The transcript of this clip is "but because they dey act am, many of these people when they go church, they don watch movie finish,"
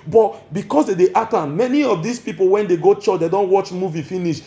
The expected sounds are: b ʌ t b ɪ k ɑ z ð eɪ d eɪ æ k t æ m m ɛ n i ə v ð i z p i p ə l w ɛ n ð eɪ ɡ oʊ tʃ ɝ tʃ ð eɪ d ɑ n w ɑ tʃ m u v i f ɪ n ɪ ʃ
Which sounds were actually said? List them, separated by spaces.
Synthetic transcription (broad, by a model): b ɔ t b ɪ k ɑ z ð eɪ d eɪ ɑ t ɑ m m ɛ n i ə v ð i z p i p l w ɛ n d eɪ ɡ oʊ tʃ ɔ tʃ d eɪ d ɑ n w ɑ tʃ m u v i f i n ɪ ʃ